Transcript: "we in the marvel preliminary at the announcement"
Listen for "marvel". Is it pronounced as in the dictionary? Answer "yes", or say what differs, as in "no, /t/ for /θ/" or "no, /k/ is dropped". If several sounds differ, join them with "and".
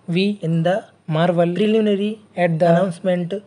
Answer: yes